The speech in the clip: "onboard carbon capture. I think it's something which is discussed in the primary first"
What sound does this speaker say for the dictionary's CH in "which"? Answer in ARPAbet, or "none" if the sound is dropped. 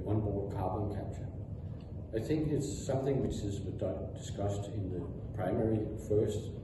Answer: CH